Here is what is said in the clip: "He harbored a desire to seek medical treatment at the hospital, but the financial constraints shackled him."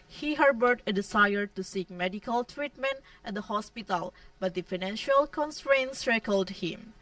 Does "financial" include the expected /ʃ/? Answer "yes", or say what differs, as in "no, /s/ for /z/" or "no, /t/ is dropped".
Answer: yes